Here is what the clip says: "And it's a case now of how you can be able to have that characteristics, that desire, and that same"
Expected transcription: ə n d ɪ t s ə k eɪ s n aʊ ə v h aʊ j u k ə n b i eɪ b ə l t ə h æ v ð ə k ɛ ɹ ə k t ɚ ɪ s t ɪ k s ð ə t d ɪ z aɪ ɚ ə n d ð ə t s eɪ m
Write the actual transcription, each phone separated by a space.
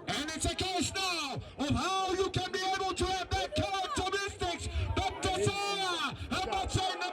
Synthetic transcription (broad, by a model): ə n ɪ t s ə k eɪ s n aʊ ə v h aʊ j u k ə n b i eɪ b ə l t ə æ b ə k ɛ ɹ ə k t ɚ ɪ s t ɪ k s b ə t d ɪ s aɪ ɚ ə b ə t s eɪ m